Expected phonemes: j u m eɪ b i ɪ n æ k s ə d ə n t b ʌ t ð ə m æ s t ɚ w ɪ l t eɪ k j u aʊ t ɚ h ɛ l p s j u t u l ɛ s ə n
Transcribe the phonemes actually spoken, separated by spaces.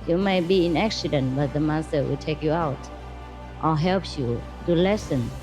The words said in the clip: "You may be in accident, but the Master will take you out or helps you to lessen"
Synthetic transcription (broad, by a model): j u m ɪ b i ɪ n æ k s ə d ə n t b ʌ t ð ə m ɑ s t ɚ w ɪ l t eɪ k j u aʊ t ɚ h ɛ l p j u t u l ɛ s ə n